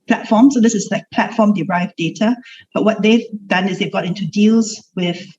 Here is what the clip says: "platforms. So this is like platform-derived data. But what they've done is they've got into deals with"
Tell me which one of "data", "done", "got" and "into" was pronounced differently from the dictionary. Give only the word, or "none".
none